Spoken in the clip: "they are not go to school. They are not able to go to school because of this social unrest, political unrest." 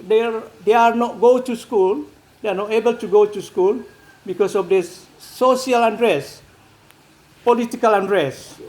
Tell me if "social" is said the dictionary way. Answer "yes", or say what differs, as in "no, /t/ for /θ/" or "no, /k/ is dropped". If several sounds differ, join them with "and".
no, /ʃ/ is dropped